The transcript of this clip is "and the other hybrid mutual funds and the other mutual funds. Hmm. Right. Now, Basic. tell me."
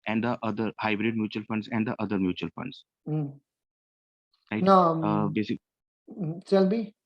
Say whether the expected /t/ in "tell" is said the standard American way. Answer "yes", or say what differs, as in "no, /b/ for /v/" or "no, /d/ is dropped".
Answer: no, /s/ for /t/